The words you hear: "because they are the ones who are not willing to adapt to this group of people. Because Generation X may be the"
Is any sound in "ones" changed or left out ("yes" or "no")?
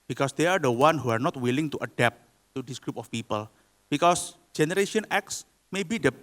yes